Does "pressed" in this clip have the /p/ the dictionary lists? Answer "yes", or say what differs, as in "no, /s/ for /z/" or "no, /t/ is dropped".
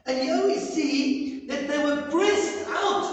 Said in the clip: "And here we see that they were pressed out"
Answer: no, /b/ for /p/